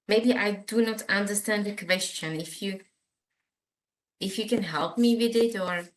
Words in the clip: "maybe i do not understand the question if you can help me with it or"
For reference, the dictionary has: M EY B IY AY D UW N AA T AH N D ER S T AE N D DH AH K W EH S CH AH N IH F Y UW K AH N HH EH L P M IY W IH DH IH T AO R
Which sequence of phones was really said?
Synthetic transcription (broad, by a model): M EY B IY AY D UW N AA T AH N D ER S T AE N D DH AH K W EH S CH AH N IH F Y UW K AH N HH EH L P M IY W IH DH IH T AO R